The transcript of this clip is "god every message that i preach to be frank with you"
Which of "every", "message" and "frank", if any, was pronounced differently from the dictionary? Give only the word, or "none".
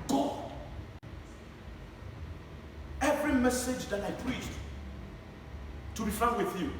frank